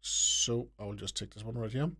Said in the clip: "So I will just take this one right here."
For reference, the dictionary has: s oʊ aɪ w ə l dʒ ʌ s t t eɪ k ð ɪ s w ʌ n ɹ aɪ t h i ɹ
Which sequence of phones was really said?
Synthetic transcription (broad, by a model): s oʊ aɪ w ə l dʒ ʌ s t t eɪ k ð ɪ s w ʌ n ɹ aɪ t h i